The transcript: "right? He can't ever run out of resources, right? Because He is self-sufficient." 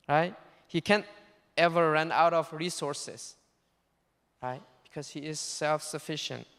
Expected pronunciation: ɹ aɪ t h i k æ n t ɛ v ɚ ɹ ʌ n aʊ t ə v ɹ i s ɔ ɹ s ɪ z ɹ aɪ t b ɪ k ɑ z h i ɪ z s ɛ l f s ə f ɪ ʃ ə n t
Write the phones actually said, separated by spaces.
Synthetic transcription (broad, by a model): ɹ aɪ t h i k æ n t ɛ v ɚ ɹ ʌ n aʊ t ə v ɹ i s ɔ ɹ s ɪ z ɹ aɪ t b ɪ k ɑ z h i ɪ z s ɛ l f s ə f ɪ ʃ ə n t